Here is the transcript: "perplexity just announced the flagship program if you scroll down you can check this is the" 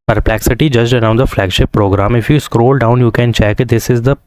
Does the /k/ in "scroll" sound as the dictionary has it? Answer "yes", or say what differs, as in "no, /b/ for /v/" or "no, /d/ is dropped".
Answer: yes